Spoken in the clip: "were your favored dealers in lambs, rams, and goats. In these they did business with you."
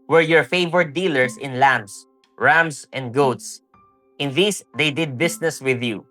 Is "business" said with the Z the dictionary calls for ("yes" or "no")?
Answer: no